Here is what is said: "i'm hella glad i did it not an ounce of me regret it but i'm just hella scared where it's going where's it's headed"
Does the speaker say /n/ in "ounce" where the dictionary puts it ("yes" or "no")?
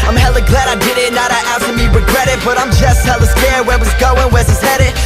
no